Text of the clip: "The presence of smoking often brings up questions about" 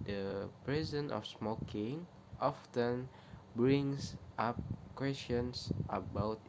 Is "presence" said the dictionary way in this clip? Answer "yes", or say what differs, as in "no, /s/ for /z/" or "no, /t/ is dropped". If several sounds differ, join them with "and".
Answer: no, /s/ is dropped